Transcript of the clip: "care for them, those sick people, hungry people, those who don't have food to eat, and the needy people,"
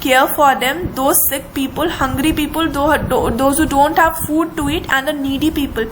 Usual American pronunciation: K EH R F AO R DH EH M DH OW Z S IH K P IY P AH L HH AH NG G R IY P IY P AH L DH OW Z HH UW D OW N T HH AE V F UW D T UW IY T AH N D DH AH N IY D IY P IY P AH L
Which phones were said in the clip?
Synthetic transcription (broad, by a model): K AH R F AO R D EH M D OW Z S IH K P IY P AH L HH AH NG G R IY P IY P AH L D OW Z HH UW D OW N T HH AE V F UW D T UW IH T AH N D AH N IY D IY P IY P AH L